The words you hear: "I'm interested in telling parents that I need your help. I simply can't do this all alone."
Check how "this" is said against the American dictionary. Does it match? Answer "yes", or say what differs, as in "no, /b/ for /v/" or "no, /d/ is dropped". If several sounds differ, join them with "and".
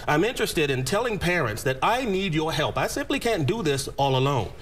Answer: yes